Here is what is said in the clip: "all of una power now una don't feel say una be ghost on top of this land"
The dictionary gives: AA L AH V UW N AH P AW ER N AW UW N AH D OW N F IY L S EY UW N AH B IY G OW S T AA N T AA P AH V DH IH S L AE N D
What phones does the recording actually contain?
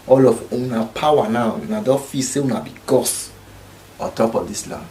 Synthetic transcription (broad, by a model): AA L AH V UW N AH P AW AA N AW UW N AH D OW F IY S EY UW N AH B IY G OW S AA T AA P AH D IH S L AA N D